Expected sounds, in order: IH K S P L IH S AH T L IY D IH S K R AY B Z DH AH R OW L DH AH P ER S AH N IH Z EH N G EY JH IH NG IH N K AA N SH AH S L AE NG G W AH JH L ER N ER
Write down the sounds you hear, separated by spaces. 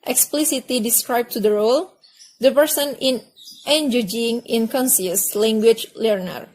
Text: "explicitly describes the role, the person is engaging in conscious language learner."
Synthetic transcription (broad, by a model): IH K S P L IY S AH T L IY D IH S K R AY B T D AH R OW L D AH P ER S AH N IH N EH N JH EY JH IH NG IH N K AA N S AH S L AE NG G W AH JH L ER N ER